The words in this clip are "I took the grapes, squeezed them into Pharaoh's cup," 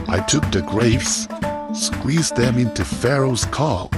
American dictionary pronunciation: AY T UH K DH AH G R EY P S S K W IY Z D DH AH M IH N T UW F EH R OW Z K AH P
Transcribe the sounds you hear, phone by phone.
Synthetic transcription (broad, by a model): AY T UH K DH AH G R EY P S S K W IY Z DH AH M IH N T UW F EH R OW Z K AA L